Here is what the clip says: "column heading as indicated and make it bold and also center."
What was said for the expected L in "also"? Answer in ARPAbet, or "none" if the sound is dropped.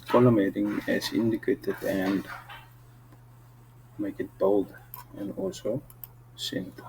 none